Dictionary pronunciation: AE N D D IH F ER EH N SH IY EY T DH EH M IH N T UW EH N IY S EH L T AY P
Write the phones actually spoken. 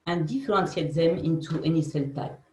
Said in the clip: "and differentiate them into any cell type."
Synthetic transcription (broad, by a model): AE N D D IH F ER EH N S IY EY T DH EH M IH N T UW EH N IY S EH L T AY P